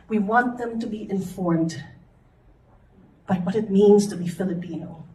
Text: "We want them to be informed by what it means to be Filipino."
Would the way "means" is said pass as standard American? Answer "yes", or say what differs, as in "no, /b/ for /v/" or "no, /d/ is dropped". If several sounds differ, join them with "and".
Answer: yes